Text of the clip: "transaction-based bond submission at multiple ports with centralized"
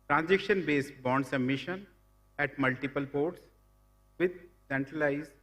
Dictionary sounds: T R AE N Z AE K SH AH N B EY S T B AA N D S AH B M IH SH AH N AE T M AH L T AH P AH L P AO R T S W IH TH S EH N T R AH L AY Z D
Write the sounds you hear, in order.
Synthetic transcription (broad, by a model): T R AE N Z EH K SH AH N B EY S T B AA N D S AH M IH SH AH N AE T M AH L T AH P AH L P AO R T S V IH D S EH N T R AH L AY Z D